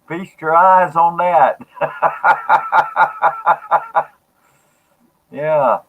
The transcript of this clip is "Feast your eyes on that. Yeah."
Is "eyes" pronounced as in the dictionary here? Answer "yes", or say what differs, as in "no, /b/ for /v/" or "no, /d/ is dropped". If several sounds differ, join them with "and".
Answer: yes